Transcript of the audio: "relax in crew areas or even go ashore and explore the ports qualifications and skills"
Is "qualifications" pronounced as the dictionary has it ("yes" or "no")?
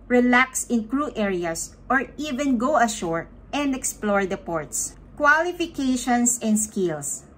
no